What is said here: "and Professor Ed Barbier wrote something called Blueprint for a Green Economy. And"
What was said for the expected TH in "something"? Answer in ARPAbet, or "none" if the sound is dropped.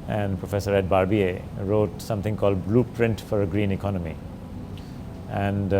T